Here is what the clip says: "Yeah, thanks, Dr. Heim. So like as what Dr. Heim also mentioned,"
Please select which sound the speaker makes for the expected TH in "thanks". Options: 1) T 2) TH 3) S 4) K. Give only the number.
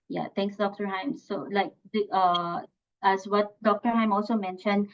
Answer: 1